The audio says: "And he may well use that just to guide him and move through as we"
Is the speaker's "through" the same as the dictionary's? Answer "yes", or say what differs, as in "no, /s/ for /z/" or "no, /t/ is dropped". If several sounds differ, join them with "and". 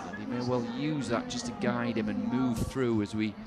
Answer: yes